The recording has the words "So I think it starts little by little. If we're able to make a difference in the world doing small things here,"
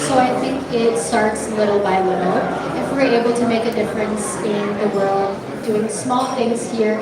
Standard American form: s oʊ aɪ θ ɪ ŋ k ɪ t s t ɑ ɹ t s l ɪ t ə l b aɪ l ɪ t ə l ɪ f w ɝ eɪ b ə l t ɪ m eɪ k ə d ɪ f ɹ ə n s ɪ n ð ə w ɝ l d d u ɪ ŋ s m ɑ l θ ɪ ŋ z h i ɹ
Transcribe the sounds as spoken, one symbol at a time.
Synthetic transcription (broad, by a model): s oʊ aɪ θ ɪ ŋ k ɪ t s t ɑ ɹ t s l ɪ t l b aɪ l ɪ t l ɪ f w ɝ eɪ b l t ɪ m eɪ k ə d ɪ f ɹ ə n s ɪ n ð ə w ɝ l d d u ɪ ŋ s m ɑ l θ ɪ ŋ z h i ɹ